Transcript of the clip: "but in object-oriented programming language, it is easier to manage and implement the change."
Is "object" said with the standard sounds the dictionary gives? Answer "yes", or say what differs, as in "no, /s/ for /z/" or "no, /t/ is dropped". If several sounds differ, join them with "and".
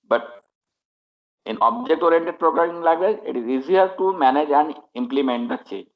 yes